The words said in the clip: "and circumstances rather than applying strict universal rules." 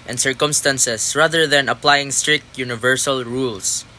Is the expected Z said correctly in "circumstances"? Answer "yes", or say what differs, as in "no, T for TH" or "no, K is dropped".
no, S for Z